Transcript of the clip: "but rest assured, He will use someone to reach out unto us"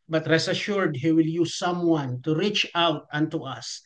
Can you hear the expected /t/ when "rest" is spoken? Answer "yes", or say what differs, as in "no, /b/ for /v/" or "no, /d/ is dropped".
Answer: no, /t/ is dropped